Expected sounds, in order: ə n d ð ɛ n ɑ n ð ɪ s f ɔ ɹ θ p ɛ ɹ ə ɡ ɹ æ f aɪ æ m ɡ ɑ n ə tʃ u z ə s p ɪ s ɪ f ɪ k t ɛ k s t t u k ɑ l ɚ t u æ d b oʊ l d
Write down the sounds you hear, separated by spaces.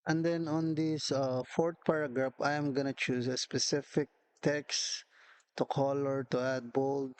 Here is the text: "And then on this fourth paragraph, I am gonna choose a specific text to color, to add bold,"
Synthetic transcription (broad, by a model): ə n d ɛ n ɑ n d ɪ s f ɔ ɹ t p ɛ ɹ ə ɡ ɹ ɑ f aɪ m ɡ ɑ n ə tʃ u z ə s p ɪ s ɪ f ɪ k t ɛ k s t t u k ɑ l ɚ t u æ d b oʊ l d